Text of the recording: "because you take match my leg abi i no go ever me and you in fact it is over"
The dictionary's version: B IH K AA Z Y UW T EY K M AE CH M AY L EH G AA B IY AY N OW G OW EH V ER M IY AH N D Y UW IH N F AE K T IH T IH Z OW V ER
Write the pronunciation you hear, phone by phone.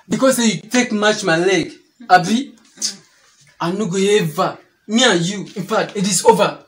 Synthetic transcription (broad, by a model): B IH K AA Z Y UW T EY K M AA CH M AY L EH G AA B IY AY N OW G OW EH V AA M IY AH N Y UW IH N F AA T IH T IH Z OW V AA